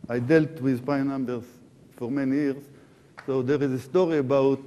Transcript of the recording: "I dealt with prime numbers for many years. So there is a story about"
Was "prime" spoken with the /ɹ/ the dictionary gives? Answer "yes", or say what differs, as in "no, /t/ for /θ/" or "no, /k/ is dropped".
no, /ɹ/ is dropped